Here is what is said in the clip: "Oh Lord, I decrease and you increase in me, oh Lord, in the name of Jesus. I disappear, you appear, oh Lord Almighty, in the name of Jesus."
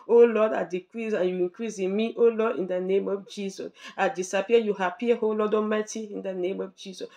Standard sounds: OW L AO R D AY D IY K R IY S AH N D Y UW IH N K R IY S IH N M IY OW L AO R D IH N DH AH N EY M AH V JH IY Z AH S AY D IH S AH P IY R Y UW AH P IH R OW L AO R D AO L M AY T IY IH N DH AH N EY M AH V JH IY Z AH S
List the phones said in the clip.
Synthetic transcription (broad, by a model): OW L AO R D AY D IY K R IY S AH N Y UW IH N K R IY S IH N M IY OW L AO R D IH N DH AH N EY M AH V JH IY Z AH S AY D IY S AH P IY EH Y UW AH P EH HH OW L AO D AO M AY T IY IH N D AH N EY M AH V JH IY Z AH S